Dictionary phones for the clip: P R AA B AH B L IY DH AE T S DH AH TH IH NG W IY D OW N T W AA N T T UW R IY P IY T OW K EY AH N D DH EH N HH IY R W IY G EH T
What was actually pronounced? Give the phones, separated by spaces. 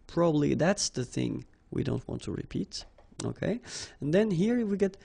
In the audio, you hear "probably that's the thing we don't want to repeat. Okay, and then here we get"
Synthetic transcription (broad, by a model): P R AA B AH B L IY DH AE T S DH AH TH IH NG W IY D OW N T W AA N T T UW R IY P IY T OW K EY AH N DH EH N HH IY R W IY G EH T